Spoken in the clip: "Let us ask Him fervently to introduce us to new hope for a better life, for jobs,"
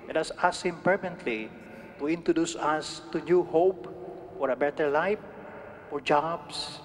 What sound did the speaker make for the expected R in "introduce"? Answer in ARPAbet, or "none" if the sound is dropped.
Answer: R